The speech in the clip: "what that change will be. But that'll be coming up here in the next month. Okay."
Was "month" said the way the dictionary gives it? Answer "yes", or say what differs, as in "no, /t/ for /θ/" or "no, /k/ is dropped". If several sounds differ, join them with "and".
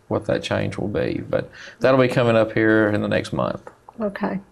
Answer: yes